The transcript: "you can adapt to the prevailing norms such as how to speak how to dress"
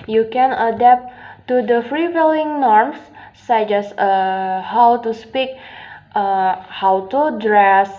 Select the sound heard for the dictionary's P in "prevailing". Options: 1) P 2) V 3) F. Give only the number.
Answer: 3